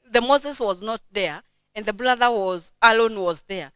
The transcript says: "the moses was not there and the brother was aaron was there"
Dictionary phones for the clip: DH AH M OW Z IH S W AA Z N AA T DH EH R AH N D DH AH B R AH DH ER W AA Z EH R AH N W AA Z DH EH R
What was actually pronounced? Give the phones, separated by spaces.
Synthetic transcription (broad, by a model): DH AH M OW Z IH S W AA Z N AA T DH EH R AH N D DH AH B L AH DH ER W AA Z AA L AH N W AA Z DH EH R